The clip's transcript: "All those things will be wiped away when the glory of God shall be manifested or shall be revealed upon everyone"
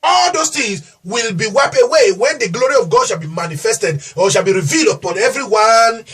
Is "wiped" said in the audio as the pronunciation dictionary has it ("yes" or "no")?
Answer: no